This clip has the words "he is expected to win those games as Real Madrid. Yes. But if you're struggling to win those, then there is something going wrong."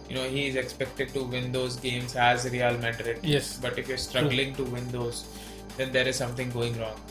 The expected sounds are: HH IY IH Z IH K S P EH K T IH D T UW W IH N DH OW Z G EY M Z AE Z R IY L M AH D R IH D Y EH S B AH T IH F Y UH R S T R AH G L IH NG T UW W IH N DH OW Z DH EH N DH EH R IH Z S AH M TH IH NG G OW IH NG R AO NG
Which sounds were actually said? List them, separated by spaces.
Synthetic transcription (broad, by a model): HH IY IH Z IH K S P EH K T IH D T UW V IH N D OW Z G EY M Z AE Z R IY L M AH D R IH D Y EH S B AH T IH F Y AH R S T R AH G L IH NG T UW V IH N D OW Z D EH N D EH R IH Z S AH M T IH NG G OW IH NG R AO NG